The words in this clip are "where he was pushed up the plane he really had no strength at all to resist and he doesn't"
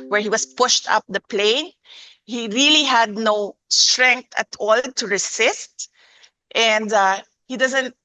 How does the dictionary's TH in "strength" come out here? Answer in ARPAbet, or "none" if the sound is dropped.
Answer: T